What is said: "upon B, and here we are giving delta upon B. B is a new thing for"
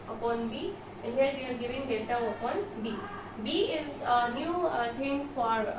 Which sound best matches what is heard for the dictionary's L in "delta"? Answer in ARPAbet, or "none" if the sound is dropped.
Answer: none